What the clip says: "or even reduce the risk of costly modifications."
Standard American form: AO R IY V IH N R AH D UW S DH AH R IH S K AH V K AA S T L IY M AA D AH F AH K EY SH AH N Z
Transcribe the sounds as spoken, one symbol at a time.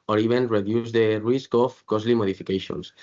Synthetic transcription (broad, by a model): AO R IY B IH N R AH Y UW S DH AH R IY S K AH F K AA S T L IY M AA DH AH F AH K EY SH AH N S